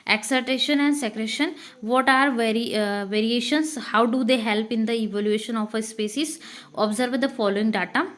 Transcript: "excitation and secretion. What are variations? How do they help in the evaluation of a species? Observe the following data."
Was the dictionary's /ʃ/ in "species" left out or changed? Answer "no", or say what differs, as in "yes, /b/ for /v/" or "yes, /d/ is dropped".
yes, /s/ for /ʃ/